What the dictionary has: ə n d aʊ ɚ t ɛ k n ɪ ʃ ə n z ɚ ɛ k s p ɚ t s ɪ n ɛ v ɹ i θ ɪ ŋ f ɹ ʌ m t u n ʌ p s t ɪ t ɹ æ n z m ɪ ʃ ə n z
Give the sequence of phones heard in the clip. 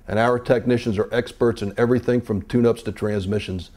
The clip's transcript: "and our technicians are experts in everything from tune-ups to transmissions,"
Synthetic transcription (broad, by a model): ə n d aʊ ɚ t ɛ k n ɪ ʃ ə n z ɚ ɛ k s p ɚ t s ɪ n ɛ v ɹ i θ ɪ ŋ f ɹ ʌ m t u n ʌ p s t ɪ t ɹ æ n z m ɪ ʃ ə n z